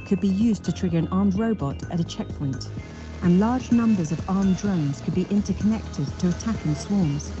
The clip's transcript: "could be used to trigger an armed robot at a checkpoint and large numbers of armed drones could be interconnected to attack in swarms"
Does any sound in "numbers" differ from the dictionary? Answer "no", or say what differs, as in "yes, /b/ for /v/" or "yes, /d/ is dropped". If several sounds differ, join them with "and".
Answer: no